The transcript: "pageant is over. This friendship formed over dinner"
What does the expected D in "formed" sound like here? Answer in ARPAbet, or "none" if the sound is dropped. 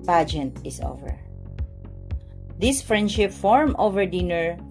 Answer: none